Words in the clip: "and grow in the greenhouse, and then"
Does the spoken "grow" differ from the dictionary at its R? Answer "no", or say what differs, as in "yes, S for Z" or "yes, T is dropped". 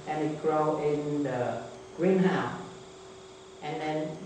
no